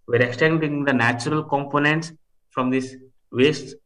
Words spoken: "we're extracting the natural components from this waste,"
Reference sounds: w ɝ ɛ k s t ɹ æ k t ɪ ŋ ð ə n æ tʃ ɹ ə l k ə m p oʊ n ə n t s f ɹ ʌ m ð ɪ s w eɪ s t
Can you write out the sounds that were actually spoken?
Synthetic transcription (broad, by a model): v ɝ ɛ k s t ɛ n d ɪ ŋ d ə n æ tʃ ɹ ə l k ə m p oʊ n ə n t s f ɹ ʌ m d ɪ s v eɪ s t